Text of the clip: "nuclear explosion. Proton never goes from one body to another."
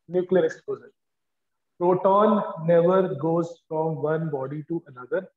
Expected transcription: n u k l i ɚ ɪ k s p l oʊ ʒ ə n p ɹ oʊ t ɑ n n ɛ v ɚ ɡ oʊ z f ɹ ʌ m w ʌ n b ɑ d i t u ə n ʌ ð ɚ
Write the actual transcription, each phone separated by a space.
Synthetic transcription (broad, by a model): n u k l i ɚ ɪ k s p oʊ z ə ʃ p ɹ oʊ t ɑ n n ɛ v ɚ ɡ oʊ z f ɹ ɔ m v ʌ n b ɑ d i t u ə n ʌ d ɚ